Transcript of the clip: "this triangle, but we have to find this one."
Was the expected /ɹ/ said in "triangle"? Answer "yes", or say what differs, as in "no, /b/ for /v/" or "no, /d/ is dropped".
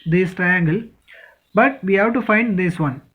yes